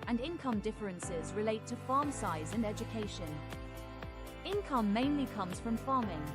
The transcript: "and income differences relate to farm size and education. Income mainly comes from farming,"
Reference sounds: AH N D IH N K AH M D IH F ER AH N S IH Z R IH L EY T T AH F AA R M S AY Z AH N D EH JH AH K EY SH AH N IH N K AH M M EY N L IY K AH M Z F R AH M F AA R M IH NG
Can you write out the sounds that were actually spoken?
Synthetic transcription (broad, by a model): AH N IH N K AH M D IH F ER AH N S IH Z R IH L EY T T AH F AA M S AY Z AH N EH JH AH K EY SH AH N IH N K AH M M EY N L IY K AH M Z F R AH M F AA M IH NG